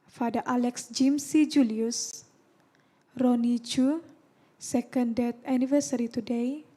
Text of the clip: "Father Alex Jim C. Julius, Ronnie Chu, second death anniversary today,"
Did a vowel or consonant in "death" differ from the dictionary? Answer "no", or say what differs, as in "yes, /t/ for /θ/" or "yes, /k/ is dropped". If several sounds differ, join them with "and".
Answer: yes, /t/ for /θ/